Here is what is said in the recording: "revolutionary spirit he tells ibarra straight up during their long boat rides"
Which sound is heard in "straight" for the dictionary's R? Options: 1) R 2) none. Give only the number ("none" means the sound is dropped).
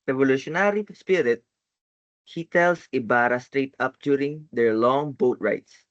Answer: 1